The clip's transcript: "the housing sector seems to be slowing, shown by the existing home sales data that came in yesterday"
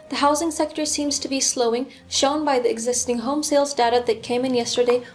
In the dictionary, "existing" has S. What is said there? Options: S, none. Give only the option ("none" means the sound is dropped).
S